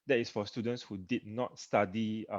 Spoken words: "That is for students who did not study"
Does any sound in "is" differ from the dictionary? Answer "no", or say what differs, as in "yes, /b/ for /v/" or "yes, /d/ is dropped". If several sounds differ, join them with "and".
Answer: yes, /s/ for /z/